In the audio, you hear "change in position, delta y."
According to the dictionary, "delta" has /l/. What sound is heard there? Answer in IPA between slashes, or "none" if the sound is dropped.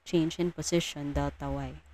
none